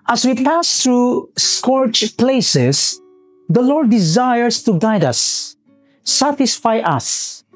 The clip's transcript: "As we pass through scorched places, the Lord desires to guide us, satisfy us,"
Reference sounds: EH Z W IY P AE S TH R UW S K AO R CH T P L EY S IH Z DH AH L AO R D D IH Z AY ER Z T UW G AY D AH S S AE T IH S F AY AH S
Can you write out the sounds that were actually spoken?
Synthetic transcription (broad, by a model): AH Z W IY P AE S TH R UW S K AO R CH P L EY S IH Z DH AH L AO R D D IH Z AY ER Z T UW G AY D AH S S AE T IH S F AY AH S